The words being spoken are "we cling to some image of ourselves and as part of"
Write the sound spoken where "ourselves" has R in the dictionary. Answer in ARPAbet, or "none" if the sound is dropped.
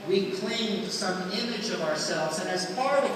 R